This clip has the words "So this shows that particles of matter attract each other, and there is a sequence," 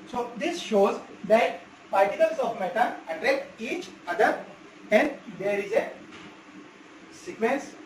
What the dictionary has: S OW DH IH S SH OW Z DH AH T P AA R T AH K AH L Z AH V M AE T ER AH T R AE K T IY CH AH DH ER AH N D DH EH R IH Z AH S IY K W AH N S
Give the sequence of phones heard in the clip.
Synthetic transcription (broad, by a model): S OW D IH S SH OW Z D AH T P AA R T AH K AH L S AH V M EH T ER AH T R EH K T IY CH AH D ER AH N D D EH R IH Z AH S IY K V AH N S